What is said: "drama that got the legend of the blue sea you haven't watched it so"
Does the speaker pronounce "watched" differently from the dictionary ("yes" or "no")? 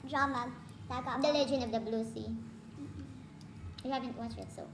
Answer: yes